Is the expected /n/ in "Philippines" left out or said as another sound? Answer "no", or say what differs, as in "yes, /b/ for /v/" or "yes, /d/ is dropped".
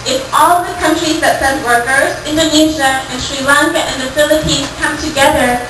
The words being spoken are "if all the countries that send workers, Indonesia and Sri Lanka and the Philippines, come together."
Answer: yes, /n/ is dropped